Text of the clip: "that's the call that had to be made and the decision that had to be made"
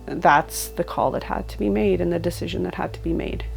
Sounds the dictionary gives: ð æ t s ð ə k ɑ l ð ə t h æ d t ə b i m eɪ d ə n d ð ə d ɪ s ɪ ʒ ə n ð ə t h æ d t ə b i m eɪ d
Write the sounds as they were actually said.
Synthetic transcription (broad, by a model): ð æ t s ð ə k ɑ l ð ə t h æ d t ə b i m eɪ d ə n ð ə d ɪ s ɪ ʒ ə n ð ə t h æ d t ə b i m eɪ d